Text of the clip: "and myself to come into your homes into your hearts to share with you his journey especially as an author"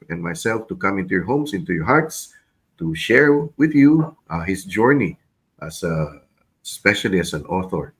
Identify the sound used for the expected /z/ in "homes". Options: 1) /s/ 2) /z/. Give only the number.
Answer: 1